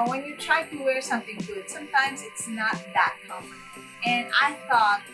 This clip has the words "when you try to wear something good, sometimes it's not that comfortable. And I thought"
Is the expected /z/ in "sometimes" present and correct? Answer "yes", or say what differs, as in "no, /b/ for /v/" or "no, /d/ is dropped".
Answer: yes